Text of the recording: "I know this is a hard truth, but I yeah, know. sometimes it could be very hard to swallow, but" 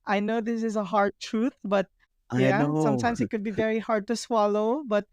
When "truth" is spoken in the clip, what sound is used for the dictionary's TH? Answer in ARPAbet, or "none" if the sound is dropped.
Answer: T